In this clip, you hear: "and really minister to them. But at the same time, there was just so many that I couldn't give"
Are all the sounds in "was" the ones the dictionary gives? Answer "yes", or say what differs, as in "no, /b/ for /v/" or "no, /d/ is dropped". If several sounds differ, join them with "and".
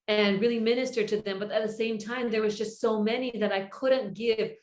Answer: yes